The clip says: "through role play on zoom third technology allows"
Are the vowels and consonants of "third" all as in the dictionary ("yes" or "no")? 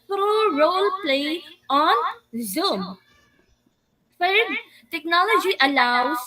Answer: no